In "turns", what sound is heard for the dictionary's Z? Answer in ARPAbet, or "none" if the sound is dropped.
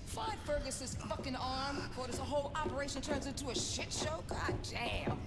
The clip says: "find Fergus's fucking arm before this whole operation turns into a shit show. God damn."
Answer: Z